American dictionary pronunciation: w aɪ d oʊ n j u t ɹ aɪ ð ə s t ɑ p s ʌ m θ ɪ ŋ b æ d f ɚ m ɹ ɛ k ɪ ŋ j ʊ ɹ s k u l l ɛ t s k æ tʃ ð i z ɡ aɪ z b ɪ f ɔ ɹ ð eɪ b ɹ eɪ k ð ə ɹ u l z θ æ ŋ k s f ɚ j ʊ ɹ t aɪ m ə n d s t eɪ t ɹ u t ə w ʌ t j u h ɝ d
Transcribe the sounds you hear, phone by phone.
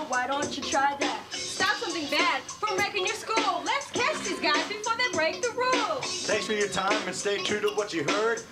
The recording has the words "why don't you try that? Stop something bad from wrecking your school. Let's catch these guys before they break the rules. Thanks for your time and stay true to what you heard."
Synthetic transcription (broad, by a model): w aɪ d oʊ n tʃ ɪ t ɹ aɪ ð ə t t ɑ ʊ s ʌ m θ ɪ ŋ b æ d f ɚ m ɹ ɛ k ɪ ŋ j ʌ ɹ s k u l l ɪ t s k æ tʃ ð i z ɡ aɪ z b ɪ f ɔ ɹ ð eɪ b ɹ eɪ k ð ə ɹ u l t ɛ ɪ k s f ɚ j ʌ ɹ t aɪ m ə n s t eɪ t ɹ u t ə w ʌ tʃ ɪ h ɝ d